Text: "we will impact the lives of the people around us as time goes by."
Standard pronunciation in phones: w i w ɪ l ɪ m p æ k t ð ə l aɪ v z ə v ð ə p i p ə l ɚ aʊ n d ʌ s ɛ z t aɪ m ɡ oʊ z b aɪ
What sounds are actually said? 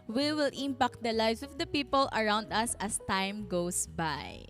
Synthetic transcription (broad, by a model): w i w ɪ l ɪ m p æ k t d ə l aɪ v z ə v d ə p i p ə l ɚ aʊ n d ʌ s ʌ s t aɪ m ɡ oʊ s b aɪ